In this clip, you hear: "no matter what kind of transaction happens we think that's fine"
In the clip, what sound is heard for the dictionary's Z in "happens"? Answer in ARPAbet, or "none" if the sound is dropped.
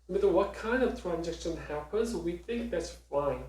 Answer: Z